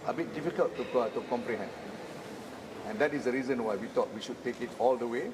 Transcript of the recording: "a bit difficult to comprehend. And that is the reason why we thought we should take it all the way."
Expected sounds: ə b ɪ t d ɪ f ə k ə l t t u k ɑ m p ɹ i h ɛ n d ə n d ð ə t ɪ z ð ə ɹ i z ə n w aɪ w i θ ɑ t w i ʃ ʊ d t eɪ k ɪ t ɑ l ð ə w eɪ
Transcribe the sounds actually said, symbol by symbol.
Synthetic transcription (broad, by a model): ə b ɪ t d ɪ f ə k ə l t t u k ɑ m p ɹ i h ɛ n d ə n d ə t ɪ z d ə ɹ i z ə n w aɪ w i t ɑ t w i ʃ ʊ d t eɪ k ɪ t ɑ l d ə w eɪ